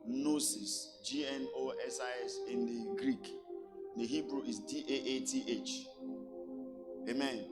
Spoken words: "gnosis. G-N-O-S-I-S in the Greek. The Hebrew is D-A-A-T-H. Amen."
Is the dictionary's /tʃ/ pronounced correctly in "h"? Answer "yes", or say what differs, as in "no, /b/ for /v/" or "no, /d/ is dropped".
yes